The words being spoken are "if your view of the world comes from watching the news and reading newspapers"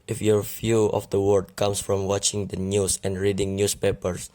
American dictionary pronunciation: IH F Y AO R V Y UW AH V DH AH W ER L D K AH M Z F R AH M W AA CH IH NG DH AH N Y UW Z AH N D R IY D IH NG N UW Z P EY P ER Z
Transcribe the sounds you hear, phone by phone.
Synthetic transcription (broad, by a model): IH F Y AO R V Y UW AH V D AH W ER D K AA M S F R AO M W AA CH IH NG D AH N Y UW S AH N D R IY D IH NG N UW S P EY P ER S